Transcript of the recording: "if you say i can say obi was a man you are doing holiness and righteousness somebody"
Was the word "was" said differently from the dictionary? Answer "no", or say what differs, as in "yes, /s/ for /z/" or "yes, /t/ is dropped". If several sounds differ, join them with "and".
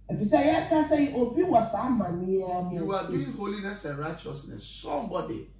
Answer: yes, /s/ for /z/